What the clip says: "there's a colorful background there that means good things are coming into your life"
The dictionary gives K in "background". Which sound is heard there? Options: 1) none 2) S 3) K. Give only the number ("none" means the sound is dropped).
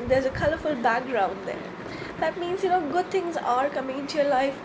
3